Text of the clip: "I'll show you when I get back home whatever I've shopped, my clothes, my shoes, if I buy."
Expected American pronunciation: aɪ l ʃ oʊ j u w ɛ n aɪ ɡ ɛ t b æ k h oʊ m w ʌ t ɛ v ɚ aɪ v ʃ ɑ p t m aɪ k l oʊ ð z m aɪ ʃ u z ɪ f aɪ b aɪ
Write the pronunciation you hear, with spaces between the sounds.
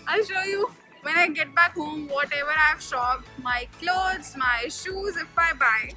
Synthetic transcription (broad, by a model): aɪ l ʃ oʊ j u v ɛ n aɪ ɡ ɛ t b æ k h oʊ m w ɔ t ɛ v ɚ aɪ v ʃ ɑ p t m aɪ k l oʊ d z m aɪ ʃ u z ɪ f aɪ b aɪ